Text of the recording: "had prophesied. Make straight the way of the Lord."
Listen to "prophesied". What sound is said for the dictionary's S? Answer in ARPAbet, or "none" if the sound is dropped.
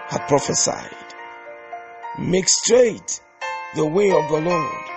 S